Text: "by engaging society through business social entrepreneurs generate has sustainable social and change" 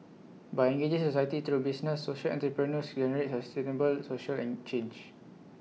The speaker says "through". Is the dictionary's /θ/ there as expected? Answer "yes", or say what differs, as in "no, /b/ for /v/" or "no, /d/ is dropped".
no, /t/ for /θ/